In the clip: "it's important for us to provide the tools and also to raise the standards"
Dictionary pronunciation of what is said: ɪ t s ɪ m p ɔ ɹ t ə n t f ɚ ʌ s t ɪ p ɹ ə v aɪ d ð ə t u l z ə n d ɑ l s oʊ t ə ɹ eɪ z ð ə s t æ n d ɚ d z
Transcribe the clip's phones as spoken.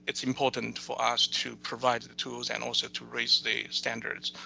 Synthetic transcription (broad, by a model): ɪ t s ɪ m p ɔ ɹ t n t f ɚ ʌ s t ɪ p ɹ ə v aɪ d ð ə t u l z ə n ɑ l s oʊ t ə ɹ eɪ z ð ə s t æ n d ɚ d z